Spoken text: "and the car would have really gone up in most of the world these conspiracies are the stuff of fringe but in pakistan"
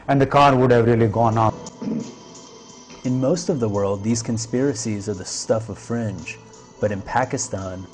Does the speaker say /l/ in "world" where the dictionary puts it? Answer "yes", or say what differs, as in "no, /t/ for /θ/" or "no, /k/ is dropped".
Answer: yes